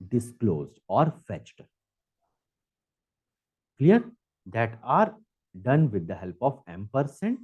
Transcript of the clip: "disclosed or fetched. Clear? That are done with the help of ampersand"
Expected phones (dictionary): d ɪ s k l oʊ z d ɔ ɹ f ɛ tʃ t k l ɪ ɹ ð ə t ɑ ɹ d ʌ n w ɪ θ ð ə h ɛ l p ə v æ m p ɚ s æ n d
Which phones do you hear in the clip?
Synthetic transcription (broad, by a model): d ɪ s k l oʊ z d ɔ ɹ f ɛ tʃ t k l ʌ ɹ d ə t ɑ ɹ d ʌ n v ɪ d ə h ɛ l p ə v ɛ m p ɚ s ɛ n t